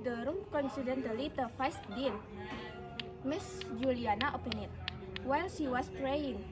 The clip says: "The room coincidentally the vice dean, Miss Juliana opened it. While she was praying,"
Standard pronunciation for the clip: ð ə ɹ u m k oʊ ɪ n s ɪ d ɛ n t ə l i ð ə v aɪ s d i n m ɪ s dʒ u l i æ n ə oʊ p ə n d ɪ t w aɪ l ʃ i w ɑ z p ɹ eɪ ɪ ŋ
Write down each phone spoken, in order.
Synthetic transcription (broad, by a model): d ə ɹ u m k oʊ n s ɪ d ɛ n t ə l i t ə f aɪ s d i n m ɪ s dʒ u l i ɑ n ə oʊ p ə n ɪ t w aɪ l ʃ i w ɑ s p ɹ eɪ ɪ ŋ